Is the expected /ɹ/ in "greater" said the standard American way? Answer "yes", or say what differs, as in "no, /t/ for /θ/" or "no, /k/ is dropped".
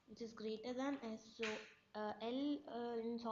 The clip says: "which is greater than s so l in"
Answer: yes